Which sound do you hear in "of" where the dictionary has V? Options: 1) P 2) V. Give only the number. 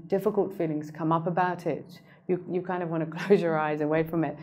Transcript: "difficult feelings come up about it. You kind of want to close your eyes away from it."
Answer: 2